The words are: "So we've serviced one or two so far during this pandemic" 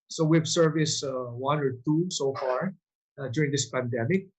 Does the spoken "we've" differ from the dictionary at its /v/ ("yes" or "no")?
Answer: yes